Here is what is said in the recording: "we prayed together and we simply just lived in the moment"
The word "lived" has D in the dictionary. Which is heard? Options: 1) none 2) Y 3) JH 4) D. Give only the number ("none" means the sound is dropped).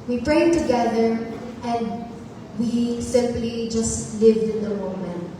4